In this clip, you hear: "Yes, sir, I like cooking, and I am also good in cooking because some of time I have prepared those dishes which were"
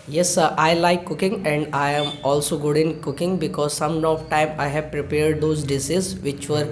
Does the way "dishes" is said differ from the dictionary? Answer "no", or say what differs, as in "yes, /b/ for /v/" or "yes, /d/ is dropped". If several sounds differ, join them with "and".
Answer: yes, /s/ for /ʃ/